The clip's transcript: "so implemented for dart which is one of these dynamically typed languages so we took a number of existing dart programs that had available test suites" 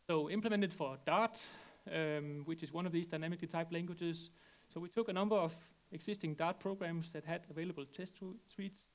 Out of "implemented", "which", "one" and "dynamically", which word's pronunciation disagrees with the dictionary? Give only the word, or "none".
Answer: none